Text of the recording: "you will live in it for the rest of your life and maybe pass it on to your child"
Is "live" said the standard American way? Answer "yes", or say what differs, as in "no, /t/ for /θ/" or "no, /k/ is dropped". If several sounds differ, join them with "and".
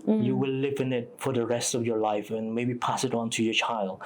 yes